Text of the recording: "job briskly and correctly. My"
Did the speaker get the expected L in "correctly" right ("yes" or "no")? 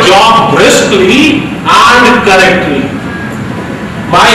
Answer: no